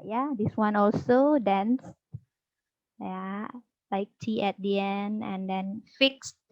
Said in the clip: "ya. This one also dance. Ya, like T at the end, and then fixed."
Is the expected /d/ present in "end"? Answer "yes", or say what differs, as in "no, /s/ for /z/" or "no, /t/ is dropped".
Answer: yes